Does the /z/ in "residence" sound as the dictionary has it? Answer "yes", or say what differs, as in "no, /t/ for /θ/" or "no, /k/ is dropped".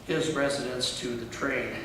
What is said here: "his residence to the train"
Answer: yes